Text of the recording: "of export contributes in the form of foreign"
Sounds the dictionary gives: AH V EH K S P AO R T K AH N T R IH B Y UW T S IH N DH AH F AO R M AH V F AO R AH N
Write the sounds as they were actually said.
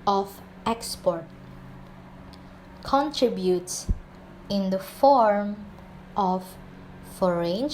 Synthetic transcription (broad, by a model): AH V EH K S P AO R T K AH N T R IH B Y UW T S IH N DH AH F AO R M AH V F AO R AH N